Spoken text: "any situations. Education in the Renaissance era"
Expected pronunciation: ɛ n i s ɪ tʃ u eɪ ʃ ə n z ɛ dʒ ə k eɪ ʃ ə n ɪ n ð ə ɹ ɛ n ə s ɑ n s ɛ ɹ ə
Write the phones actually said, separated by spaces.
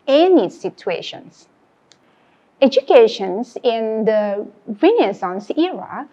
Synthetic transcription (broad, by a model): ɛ n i s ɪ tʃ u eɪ ʃ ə n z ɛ dʒ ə k eɪ ʃ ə n ɪ n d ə w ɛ n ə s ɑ n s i ɹ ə